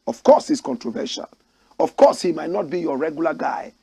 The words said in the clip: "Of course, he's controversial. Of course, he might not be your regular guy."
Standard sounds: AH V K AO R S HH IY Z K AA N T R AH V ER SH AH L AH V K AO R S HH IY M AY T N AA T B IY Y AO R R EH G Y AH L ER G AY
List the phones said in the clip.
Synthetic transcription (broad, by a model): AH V K AO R S HH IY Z K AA N T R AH V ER SH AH N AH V K AO S HH IY M AY T N AA T B IY Y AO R R EH G Y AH L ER G AY